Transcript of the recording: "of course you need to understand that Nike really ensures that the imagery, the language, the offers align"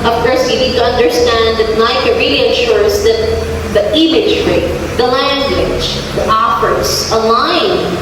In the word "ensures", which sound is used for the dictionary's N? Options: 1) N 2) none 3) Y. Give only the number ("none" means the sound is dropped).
2